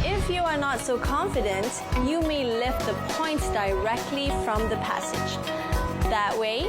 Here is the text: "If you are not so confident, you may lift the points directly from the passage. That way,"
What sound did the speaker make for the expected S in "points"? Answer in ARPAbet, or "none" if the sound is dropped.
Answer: none